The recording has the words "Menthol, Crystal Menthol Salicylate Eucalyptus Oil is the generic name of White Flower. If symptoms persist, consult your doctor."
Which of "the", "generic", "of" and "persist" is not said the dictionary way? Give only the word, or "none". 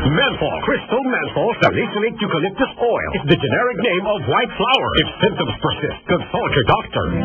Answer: none